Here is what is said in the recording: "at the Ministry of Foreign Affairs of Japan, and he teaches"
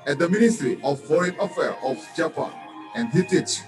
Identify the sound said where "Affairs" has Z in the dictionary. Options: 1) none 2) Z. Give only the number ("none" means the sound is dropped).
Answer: 1